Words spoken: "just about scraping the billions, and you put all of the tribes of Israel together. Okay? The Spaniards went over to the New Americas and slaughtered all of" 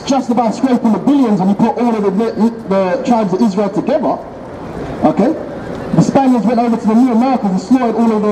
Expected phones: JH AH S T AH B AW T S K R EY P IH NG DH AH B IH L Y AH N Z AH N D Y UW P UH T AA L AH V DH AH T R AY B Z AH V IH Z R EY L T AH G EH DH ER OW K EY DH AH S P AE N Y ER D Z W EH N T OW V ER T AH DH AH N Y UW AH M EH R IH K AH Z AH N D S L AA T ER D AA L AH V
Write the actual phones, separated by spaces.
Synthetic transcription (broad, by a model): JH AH S T AH B AW T S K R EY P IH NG DH AH B IH L Y AH N Z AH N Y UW P UH T AA L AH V DH AH T R AY B Z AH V IH Z R EY L T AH G EH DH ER OW K EY DH AH S P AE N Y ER Z W EH N T OW V ER T AH DH AH N Y UW AH M EH R IH K AH Z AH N S L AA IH D AA L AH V